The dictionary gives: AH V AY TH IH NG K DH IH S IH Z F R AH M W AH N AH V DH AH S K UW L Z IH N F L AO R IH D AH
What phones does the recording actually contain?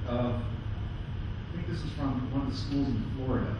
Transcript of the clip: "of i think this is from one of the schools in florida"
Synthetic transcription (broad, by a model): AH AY TH IH NG K DH IH S IH Z F R AH M W AH N AH V DH AH S K UW L Z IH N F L AO R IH D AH